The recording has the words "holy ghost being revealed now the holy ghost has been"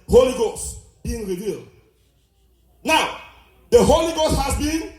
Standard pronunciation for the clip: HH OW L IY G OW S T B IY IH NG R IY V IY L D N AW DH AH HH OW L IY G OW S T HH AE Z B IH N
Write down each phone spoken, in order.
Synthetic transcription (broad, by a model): HH OW L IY G OW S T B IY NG R IY V IY L D N AW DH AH HH OW L IY G OW S T HH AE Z B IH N